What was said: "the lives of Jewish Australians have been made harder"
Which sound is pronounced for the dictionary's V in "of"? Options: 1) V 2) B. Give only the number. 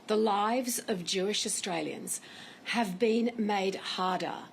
1